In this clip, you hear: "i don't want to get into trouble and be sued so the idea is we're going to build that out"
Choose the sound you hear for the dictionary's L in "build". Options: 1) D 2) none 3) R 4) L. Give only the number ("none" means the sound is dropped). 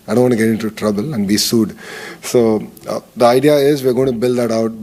4